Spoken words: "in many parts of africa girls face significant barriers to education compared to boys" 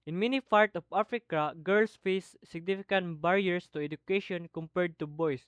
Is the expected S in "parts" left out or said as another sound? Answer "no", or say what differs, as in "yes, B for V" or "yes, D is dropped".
yes, S is dropped